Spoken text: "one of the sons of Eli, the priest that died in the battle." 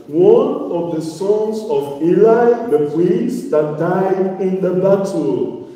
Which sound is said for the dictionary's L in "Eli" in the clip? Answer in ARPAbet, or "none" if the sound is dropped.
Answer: L